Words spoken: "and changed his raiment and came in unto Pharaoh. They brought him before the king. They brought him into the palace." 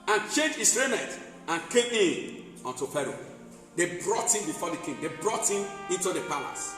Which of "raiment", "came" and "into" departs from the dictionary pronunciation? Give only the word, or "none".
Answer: raiment